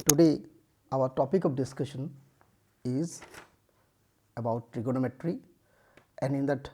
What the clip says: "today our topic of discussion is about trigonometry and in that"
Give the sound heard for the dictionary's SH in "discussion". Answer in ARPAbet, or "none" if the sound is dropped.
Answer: SH